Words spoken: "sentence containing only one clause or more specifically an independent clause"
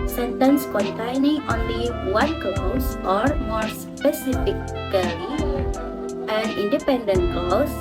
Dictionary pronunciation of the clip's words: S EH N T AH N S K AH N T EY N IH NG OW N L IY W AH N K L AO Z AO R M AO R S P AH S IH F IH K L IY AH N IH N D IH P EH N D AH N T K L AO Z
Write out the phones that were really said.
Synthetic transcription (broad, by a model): S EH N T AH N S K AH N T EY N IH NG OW N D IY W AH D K AO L AO R M AO R S P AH S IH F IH K IY AH N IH N D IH P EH N D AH N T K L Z